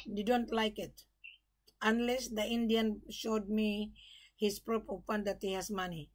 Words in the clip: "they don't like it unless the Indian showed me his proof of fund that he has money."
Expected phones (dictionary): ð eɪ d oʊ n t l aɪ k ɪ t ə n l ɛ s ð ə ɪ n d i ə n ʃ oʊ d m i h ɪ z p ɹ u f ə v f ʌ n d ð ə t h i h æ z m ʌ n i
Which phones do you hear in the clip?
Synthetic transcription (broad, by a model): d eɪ d oʊ n t l aɪ k ɪ t ə n l ɛ s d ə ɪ n d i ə n ʃ oʊ d m i h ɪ s p ɹ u p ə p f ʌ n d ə t h i h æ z m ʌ n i